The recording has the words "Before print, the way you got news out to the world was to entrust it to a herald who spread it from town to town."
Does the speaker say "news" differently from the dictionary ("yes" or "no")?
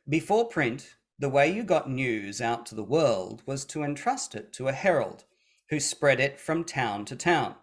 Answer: no